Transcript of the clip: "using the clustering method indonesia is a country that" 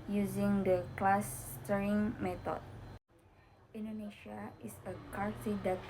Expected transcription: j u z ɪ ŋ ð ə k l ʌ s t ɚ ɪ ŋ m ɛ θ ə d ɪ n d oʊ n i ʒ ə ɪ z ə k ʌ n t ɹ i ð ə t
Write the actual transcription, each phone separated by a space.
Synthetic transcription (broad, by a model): j u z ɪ ŋ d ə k l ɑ s t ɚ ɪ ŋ m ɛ t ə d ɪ n d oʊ n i ʃ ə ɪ s ə k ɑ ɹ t i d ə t